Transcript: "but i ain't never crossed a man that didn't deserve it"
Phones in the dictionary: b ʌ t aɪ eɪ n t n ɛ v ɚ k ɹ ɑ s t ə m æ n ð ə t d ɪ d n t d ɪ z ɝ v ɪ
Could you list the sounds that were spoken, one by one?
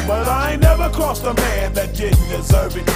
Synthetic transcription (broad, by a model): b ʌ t aɪ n n ɛ v ɚ k ɑ s t ə m æ n ð ə t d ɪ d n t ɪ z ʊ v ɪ